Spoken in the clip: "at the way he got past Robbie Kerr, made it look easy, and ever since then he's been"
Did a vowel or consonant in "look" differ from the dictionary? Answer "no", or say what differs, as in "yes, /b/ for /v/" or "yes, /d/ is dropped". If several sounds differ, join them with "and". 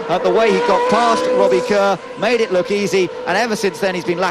no